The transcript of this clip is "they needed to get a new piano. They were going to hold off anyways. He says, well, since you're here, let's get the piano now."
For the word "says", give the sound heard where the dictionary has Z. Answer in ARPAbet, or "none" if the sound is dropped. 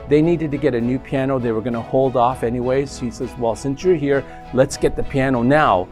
Z